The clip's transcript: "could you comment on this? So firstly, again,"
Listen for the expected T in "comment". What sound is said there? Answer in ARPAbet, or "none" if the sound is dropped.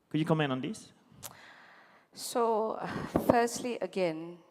none